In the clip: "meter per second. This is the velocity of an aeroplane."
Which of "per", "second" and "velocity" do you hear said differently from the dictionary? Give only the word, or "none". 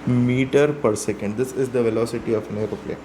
none